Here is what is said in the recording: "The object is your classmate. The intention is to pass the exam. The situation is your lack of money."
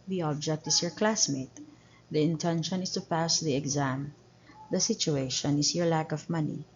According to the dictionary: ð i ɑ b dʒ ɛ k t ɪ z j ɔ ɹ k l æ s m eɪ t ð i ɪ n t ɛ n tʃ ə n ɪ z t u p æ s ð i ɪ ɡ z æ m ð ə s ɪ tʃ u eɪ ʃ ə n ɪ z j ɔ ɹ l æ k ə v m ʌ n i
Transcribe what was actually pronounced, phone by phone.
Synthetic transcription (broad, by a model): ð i ɑ b dʒ ɛ k t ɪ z j ɔ ɹ k l æ s m eɪ t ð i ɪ n t ɛ n ʃ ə n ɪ s t u p æ s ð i ɪ ɡ z æ m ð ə s ɪ tʃ u eɪ ʃ ə n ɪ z j ɔ ɹ l æ k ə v m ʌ n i